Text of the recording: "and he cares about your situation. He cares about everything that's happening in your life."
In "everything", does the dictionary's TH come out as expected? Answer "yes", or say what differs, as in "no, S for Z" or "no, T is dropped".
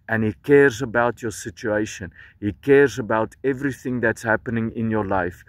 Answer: yes